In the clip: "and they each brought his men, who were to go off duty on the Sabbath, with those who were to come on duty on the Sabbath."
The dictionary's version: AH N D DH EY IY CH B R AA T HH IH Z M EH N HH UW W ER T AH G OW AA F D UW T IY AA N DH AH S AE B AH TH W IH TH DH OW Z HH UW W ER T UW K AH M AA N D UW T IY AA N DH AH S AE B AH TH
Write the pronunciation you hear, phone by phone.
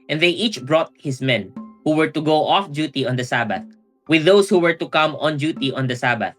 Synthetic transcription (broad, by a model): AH N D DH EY IY CH B R AA T HH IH S M EH N HH UW W ER T AH G OW AA F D UW T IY AA N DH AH S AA B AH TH W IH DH OW S HH UW W ER T UW K AH M AA N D UW T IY AA N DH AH S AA B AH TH